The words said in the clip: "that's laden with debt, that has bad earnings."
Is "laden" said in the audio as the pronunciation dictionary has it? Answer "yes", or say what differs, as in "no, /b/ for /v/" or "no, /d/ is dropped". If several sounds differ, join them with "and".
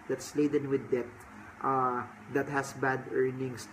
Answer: yes